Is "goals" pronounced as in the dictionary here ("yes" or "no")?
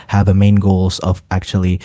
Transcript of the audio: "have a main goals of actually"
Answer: yes